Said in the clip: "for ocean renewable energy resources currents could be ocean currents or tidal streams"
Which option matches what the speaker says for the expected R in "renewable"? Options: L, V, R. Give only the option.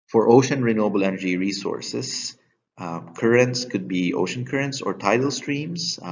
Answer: R